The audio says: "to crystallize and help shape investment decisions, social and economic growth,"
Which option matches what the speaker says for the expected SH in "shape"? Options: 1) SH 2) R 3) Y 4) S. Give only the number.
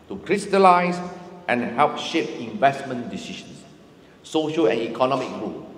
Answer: 1